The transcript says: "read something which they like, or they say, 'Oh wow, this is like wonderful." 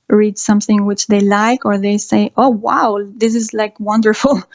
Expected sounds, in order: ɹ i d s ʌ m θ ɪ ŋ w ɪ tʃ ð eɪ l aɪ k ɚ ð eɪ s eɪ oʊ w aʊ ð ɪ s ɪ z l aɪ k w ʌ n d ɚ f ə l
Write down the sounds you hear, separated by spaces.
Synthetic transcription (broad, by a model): ɹ i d s ʌ m θ ɪ ŋ w ɪ tʃ ð eɪ l aɪ k ɚ ð eɪ s eɪ oʊ w aʊ ð ɪ s ɪ z l aɪ k w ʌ n d ɚ f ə l